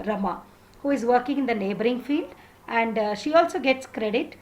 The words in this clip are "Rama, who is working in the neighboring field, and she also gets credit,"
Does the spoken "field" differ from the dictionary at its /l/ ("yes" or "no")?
no